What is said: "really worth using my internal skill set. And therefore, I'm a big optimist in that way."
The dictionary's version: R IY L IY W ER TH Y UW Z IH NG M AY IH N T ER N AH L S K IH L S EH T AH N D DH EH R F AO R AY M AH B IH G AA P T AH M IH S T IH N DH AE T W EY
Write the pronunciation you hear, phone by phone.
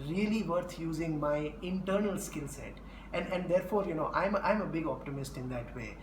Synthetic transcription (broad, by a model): R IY L IY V ER T Y UW Z IH NG M AY IH N T ER N AH L S K IH L S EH T AH N D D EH R F AO R AY M AH B IH G AA P T AH M IH S T IH N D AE T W EY